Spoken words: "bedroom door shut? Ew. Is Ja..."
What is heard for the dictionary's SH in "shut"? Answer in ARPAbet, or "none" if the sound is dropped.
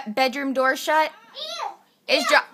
SH